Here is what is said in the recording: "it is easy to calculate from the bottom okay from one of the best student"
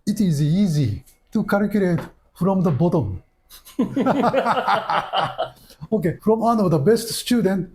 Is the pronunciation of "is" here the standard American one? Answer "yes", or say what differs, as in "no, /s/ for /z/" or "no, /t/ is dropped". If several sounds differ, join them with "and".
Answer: yes